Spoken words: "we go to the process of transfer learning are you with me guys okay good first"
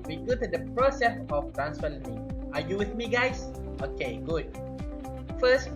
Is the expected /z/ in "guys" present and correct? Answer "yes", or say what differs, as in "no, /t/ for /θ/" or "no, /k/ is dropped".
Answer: no, /s/ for /z/